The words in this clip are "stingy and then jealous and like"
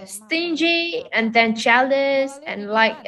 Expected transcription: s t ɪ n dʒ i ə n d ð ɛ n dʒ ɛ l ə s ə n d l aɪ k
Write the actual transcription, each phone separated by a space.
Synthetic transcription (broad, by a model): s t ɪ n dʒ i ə n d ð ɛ n tʃ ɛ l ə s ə n l aɪ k